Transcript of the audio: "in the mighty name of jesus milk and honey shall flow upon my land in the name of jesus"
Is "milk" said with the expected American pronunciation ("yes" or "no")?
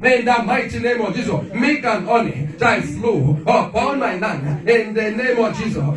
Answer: no